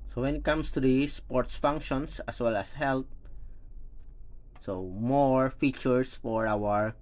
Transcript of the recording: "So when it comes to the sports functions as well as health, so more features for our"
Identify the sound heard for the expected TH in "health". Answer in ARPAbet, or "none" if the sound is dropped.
T